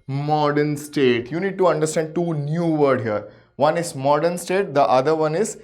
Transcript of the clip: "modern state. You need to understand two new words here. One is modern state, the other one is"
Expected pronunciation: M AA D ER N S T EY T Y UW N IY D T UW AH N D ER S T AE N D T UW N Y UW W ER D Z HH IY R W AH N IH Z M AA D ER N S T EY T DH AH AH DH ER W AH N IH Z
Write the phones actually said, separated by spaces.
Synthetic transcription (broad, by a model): M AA D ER N S T EY T Y UW N IY D T UW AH N D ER S T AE N D T UW N Y UW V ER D HH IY R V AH N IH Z M AA D ER N S T EY T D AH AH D ER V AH N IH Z